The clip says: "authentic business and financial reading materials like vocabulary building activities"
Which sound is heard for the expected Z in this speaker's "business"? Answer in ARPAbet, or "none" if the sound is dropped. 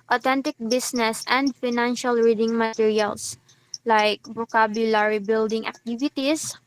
S